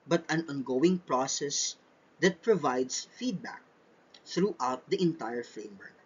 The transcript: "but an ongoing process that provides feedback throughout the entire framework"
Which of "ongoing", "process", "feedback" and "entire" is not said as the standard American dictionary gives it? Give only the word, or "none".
none